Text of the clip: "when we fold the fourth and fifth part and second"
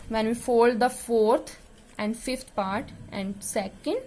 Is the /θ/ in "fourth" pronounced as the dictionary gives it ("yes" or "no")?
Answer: no